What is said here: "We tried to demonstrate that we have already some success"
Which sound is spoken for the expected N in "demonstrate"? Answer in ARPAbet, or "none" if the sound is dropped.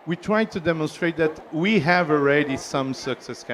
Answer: N